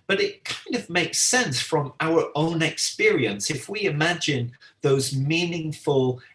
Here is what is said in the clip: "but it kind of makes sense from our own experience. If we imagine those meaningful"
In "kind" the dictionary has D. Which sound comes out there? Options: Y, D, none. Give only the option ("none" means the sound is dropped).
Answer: D